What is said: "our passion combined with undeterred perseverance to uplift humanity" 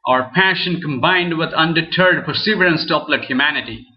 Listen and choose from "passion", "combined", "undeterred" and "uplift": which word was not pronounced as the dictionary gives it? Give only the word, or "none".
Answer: uplift